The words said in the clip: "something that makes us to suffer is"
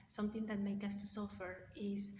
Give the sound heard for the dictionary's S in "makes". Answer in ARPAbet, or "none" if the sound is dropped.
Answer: none